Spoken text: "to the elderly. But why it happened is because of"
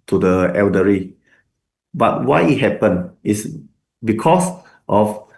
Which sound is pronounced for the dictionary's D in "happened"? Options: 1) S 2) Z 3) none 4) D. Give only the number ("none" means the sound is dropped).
3